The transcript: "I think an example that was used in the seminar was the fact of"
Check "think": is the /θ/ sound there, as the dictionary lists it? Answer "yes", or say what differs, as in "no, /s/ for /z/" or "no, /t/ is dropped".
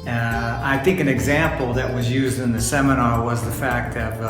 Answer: yes